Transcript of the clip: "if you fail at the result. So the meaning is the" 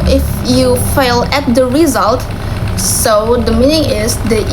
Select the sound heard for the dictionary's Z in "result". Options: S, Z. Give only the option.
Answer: Z